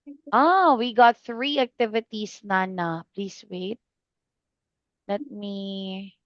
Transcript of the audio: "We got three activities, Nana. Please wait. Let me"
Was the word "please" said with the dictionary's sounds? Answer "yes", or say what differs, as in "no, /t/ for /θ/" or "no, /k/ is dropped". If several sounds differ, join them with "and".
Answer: no, /s/ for /z/